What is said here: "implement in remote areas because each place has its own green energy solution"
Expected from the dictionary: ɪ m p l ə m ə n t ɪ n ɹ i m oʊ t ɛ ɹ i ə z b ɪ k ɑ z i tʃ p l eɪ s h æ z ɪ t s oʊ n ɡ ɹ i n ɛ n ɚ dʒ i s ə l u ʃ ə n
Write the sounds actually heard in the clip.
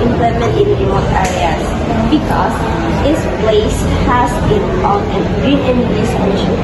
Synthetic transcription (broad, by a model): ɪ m p l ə m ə n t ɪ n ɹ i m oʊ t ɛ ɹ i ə s b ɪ k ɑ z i s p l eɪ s h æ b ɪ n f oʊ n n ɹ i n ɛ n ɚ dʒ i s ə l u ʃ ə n